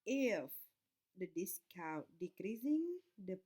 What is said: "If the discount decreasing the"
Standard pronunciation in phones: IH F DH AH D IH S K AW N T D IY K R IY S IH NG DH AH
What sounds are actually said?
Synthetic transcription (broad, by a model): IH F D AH D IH S K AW T D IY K R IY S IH NG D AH